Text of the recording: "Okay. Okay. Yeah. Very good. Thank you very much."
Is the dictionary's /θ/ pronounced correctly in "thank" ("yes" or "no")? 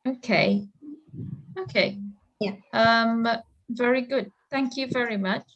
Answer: yes